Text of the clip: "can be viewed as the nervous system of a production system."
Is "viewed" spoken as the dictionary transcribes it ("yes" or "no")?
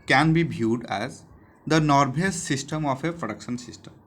no